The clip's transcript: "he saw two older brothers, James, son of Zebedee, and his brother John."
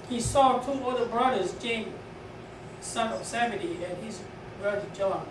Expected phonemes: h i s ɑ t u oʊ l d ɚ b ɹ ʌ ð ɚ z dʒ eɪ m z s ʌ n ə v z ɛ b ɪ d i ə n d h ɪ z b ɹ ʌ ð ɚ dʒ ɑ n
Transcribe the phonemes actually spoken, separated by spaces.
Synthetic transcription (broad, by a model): h i s ɑ t u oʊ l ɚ b ɹ ʌ ð ɚ z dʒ eɪ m s ʌ n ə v s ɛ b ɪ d i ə n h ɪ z b ɹ ʌ ð ɚ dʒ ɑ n